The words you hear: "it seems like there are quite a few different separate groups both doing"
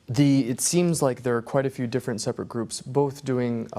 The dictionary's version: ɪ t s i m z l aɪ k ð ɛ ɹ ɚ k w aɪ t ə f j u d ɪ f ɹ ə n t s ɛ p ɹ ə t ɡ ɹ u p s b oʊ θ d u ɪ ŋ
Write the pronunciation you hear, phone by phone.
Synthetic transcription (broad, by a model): ɪ t s i m z l aɪ k ð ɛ ɹ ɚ k w aɪ t ə f j u d ɪ f ɹ ə n t s ɛ p ɹ ə t ɡ ɹ u p s b oʊ θ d u ɪ ŋ